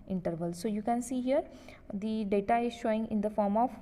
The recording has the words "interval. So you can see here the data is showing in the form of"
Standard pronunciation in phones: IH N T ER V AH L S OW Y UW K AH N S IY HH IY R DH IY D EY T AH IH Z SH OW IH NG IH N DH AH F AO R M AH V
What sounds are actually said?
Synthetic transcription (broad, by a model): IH N T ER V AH L S OW Y UW K AH N S IY HH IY R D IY D EY T AH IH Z SH OW IH NG IH N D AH F AO R M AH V